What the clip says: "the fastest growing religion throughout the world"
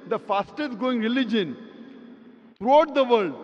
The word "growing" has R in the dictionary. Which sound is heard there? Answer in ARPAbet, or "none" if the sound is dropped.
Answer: none